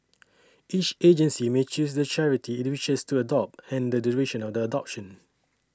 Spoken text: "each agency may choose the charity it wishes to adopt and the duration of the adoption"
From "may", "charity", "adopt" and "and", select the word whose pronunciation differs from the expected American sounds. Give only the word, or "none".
none